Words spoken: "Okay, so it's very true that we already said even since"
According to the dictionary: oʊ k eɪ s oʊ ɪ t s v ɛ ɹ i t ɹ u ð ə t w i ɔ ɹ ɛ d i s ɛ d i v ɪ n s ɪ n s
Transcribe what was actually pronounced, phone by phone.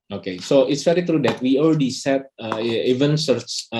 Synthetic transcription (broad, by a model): oʊ k eɪ s oʊ ɪ t s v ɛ ɹ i t ɹ u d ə t w i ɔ l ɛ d i s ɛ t i v ɪ n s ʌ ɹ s